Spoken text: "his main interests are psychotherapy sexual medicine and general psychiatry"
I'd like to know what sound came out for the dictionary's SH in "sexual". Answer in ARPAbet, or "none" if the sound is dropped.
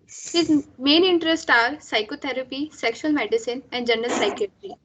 SH